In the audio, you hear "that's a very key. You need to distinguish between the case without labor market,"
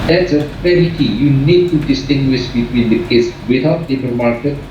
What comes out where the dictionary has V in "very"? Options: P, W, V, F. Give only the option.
F